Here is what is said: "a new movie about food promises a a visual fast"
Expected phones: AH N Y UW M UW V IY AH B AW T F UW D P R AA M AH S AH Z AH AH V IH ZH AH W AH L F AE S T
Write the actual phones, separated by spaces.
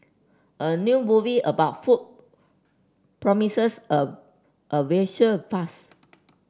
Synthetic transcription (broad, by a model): AH N Y UW M UW V IY AH B AW T F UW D P R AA M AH S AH S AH AH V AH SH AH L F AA S